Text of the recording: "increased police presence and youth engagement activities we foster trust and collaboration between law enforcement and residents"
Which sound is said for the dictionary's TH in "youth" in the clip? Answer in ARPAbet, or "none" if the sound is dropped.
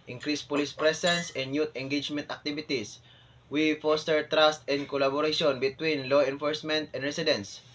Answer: T